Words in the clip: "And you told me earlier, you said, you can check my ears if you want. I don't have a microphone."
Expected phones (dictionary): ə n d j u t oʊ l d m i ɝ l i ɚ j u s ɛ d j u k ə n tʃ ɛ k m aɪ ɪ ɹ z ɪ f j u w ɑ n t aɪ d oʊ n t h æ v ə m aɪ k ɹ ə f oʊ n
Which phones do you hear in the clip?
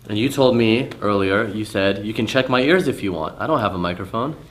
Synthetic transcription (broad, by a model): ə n j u t oʊ l d m i ɝ l i ɚ j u s ɛ d j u k n tʃ ɛ k m aɪ ɪ ɹ z ɪ f j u w ɑ n t aɪ d oʊ n t h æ v ə m aɪ k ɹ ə f oʊ n